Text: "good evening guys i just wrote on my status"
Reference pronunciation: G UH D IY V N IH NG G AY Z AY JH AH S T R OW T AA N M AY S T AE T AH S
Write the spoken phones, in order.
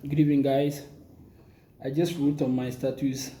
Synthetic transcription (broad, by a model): G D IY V IH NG G AY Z AY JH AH S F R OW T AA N M AY S T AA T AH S